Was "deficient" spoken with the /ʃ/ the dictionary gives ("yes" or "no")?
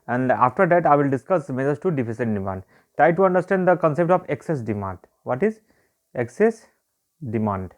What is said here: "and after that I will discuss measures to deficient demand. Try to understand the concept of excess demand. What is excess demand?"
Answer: no